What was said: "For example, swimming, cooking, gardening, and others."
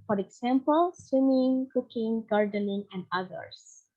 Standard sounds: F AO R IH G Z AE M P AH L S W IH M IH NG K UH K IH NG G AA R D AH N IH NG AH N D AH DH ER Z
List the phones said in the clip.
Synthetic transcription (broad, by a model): F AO R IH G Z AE M P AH L S W IH M IH NG K UH K IH NG G AA R D AH N IH NG AH N D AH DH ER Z